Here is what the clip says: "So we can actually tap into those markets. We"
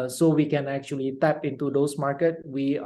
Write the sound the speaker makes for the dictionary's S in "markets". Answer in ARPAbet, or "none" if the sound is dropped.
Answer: none